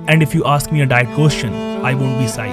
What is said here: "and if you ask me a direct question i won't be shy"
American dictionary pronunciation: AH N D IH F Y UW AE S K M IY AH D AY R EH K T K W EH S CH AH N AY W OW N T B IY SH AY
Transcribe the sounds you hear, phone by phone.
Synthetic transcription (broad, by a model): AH N D IH F Y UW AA S K M IY AH D AY EH T K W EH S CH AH N AY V OW N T B IY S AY